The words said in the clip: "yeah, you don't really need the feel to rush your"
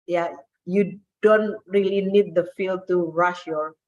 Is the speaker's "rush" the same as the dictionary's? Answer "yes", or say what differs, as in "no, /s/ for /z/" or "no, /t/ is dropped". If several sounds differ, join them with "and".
yes